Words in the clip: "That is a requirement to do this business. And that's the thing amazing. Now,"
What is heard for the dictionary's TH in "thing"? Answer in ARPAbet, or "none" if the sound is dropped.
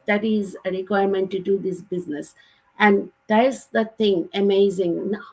T